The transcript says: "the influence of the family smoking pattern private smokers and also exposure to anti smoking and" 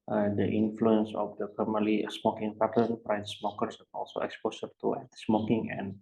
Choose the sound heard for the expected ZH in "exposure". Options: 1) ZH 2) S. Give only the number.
2